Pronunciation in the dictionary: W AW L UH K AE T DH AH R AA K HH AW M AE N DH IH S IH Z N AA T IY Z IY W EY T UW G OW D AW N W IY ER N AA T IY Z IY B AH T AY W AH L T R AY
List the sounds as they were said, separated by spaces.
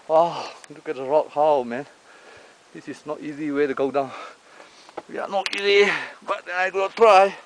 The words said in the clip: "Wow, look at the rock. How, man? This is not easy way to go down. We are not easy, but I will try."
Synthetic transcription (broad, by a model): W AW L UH K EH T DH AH R AA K HH AW M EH N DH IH S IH S N AA T IY Z IY W EY T UW G OW D AW N W IY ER N AA T IY Z IY B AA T AY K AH N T R AY